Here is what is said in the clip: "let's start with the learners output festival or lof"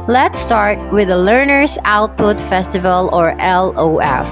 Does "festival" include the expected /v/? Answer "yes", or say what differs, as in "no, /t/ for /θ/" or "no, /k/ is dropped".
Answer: yes